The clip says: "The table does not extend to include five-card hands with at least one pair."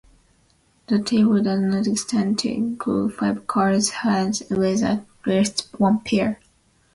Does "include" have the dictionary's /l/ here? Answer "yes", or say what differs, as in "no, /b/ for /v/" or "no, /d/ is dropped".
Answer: no, /l/ is dropped